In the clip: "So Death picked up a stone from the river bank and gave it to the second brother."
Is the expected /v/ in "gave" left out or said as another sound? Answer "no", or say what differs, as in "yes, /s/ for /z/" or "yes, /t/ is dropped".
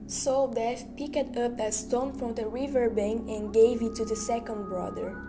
no